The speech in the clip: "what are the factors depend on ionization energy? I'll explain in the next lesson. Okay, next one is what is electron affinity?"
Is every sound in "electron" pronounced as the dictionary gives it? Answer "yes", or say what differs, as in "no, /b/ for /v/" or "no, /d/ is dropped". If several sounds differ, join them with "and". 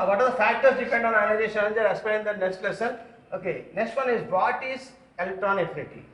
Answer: yes